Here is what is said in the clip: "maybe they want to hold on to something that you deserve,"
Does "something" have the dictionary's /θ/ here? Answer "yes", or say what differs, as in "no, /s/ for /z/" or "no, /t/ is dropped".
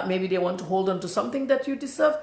no, /t/ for /θ/